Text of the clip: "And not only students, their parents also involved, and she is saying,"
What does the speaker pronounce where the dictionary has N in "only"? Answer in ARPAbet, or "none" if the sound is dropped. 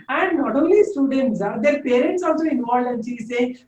none